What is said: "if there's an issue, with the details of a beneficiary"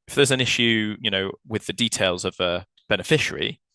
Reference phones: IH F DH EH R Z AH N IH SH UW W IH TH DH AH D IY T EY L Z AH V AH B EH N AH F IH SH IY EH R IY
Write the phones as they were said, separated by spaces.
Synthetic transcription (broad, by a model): IH F DH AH Z AH N IH SH UW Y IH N DH AH D IY T EY L Z AH V AH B EH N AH F IH SH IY R IY